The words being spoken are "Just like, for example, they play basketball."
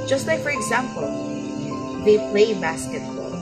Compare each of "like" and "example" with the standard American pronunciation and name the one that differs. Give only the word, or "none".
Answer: none